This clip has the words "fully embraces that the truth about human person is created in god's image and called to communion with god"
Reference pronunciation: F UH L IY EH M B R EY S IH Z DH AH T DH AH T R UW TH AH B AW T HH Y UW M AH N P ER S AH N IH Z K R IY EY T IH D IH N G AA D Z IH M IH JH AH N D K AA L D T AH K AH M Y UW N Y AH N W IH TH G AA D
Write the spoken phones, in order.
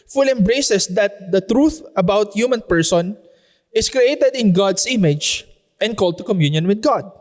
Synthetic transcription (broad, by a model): F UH L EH M B R EY S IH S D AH T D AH T R UW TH AH B AW T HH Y UW M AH N P ER S AH N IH S K R IY EY T IH D IH N G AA D S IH M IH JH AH N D K AA L D T AH K AH M Y UW N Y AH N W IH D G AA D